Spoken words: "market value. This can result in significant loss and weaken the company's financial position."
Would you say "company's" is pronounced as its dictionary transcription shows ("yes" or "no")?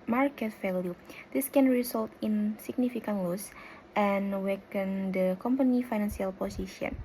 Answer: no